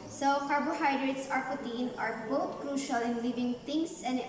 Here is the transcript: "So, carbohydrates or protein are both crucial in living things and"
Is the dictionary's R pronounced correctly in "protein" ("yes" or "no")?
no